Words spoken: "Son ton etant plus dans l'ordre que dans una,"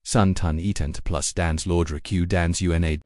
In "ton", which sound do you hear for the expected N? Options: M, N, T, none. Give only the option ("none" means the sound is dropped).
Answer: N